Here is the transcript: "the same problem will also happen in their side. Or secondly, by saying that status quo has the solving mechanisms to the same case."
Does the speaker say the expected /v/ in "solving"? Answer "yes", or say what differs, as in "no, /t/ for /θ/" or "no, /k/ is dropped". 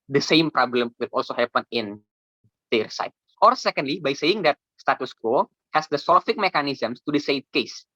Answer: no, /f/ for /v/